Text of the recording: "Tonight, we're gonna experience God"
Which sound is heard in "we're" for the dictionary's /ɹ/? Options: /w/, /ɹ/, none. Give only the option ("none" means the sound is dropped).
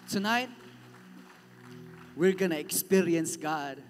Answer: /ɹ/